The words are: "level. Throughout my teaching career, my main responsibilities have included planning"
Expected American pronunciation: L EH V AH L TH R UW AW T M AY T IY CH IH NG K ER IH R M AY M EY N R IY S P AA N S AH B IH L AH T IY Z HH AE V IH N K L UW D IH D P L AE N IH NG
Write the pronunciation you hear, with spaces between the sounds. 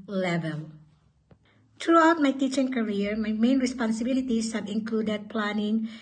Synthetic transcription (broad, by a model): L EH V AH L T R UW AW T M AY T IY CH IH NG K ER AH R M AY M EY N R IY S P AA N S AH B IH L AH T IY S HH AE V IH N K L UW D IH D P L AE N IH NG